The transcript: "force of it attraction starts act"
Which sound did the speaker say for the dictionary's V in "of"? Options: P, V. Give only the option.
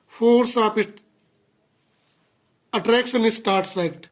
P